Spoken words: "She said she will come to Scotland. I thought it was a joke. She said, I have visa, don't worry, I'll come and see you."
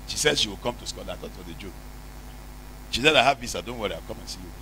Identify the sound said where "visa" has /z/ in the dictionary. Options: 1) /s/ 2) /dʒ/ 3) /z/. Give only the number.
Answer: 1